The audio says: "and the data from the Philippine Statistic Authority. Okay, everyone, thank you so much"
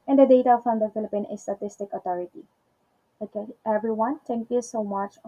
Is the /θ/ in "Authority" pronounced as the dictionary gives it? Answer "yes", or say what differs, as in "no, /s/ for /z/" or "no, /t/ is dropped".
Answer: no, /t/ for /θ/